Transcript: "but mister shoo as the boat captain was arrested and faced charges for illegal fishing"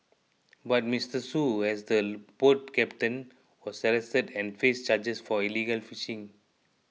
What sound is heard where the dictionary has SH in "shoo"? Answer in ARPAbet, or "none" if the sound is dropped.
S